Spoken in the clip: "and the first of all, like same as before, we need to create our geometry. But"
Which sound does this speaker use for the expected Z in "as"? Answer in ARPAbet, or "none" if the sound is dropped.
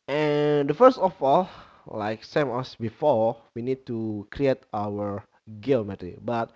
S